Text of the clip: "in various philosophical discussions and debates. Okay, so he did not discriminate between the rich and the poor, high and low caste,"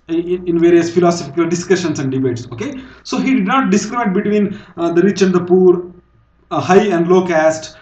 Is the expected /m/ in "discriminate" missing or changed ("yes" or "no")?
yes